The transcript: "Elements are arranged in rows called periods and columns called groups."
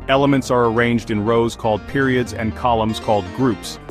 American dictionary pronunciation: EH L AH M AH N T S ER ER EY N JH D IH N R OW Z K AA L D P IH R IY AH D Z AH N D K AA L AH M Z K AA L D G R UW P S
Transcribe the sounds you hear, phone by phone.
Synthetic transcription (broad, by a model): EH L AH M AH N T S ER ER EY N JH D IH N R OW Z K AA L D P IH R IY AH D Z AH N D K AA L AH M Z K AA L D G R UW P S